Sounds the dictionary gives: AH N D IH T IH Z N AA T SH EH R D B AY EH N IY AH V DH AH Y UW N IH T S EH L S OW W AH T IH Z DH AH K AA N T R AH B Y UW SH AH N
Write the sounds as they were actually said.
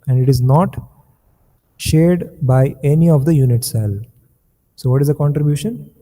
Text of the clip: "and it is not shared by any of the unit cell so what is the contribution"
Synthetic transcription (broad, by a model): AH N D IH T IH Z N AA T SH EH R D B AY EH N IY AH V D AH Y UW N IH T S EH L S OW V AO T IH Z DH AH K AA N T R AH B Y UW SH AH N